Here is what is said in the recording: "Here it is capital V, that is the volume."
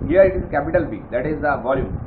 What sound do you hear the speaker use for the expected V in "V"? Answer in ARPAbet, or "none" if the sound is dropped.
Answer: B